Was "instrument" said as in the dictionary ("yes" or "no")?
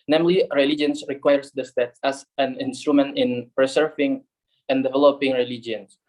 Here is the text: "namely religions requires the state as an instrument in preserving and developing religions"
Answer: yes